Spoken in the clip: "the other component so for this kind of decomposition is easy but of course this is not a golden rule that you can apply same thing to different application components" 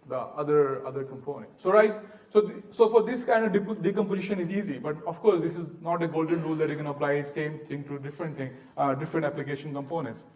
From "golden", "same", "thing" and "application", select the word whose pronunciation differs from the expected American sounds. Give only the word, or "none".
thing